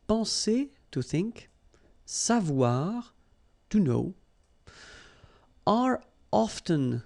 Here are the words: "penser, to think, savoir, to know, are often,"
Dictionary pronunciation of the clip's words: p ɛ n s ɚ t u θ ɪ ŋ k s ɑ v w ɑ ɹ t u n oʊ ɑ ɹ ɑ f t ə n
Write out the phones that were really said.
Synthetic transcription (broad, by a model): p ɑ s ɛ t u θ ɪ ŋ k s ɑ v w ɑ ɹ t u n oʊ ɑ ɹ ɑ f t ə n